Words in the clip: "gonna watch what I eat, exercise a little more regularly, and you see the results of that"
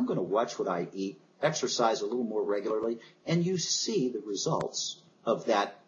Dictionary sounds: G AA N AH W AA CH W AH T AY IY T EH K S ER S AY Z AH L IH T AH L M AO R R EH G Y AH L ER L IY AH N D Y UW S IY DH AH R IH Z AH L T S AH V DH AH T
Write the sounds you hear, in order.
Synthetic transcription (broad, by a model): G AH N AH W AA CH W AH T AY IY T EH K S ER S AY Z AH L IH T L M AO R R EH G Y L ER L IY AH N Y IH S IY DH AH R IH Z AH L T S AH V DH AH T